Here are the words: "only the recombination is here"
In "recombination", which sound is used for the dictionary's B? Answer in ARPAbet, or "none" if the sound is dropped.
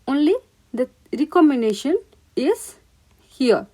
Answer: none